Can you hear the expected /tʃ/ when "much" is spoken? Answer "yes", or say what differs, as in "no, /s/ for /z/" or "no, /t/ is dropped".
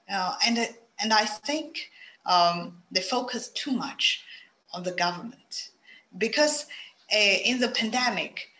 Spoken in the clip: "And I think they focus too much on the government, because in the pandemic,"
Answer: yes